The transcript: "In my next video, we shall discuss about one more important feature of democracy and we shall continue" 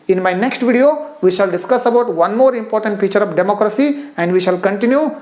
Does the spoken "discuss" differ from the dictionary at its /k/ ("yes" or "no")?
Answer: no